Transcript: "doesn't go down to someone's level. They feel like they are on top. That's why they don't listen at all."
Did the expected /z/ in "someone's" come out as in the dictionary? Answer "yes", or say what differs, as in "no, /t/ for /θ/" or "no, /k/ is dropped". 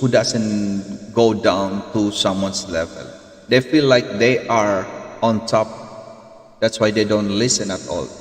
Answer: no, /s/ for /z/